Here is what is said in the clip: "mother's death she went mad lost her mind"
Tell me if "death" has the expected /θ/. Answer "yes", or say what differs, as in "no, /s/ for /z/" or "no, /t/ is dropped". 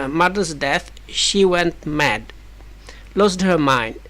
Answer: yes